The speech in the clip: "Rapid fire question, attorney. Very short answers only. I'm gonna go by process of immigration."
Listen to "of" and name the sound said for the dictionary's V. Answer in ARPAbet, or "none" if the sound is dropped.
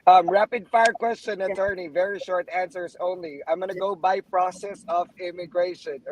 V